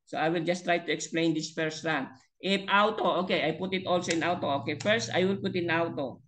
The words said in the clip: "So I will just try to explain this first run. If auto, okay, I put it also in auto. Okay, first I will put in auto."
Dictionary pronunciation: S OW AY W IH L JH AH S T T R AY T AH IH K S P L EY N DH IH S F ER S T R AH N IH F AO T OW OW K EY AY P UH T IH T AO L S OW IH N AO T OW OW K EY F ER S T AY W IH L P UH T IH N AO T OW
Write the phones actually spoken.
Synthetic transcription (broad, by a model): S OW AY W IH L JH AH S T T R AY T AH IH K S P L EY N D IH S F ER S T R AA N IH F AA T OW OW K EY AY P UH T IH T AO L S OW IH N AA T OW OW K EY F ER S T AY W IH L P UH T IH N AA T OW